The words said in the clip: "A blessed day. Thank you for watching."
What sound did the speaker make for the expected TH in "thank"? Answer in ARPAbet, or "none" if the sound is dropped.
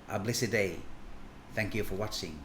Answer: TH